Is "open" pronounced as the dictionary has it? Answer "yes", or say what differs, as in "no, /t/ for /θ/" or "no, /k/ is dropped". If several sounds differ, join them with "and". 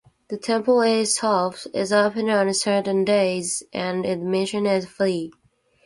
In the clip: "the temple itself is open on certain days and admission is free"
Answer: yes